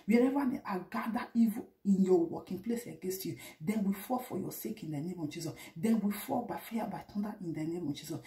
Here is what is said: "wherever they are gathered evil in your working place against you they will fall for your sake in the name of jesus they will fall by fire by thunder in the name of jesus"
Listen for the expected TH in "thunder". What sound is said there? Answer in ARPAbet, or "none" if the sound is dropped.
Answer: T